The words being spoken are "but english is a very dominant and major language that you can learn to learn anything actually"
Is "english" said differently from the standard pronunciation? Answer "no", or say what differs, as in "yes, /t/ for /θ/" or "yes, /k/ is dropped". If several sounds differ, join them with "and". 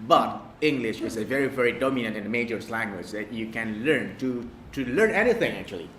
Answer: no